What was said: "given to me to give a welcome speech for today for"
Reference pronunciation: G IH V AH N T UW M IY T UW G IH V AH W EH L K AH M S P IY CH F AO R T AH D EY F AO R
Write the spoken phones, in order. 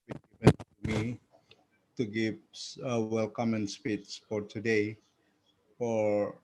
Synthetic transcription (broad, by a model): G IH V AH N T UW M IY T UW G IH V AH W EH L K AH M S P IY S F AO R T AH D EY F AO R